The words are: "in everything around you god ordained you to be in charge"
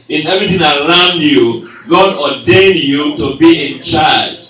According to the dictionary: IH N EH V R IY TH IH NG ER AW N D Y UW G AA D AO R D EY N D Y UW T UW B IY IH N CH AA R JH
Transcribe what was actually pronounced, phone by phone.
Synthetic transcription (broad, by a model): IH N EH V R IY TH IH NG ER AW N D Y UW G AA D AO D EY N Y UW T UW B IY IH N CH AA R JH